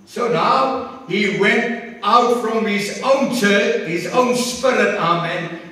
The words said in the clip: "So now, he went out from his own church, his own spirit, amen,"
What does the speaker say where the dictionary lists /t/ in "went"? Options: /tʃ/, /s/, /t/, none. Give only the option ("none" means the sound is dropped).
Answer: /t/